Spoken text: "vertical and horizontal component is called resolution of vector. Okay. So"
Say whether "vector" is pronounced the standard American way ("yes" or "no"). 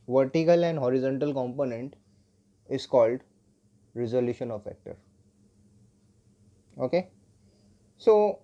no